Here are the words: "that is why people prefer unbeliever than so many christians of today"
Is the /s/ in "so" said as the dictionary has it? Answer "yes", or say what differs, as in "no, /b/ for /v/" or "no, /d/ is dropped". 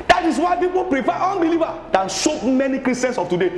no, /ʃ/ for /s/